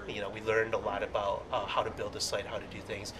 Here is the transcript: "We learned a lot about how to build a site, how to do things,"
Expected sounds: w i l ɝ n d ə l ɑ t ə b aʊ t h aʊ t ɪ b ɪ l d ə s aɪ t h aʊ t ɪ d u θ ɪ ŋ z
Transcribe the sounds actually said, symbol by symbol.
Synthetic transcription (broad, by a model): w i l ɝ n d ə l ɑ t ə b aʊ t h aʊ t ɪ b ɪ l d ə s aɪ t h aʊ t ɪ d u θ ɪ ŋ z